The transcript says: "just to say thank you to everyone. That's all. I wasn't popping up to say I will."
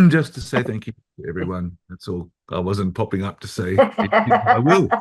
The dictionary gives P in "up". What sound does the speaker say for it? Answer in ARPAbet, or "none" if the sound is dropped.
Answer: P